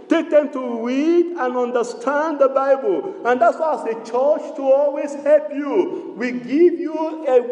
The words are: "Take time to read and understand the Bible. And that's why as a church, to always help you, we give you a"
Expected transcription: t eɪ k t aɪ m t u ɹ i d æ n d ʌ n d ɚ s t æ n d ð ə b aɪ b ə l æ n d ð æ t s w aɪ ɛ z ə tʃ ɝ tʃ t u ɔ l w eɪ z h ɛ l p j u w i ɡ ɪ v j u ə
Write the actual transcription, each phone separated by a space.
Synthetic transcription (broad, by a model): t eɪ k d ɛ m t u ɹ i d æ n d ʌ n d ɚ s t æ n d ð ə b aɪ b ə l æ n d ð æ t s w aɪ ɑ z ə tʃ ɝ tʃ t u ɔ l w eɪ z h ɛ l p j u w i ɡ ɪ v j u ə